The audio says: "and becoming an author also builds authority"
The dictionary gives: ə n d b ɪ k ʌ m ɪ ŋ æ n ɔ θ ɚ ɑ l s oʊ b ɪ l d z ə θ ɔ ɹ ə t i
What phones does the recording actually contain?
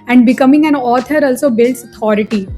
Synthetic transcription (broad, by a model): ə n d b ɪ k ʌ m ɪ ŋ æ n ɔ t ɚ ɑ l s oʊ b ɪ l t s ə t ɔ ɹ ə t i